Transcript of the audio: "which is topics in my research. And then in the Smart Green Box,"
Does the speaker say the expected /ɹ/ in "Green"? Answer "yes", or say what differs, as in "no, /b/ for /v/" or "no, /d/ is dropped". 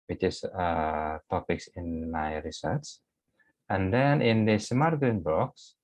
no, /ɹ/ is dropped